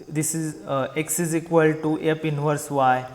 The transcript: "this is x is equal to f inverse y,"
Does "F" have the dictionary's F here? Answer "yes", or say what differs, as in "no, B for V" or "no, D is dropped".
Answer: no, P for F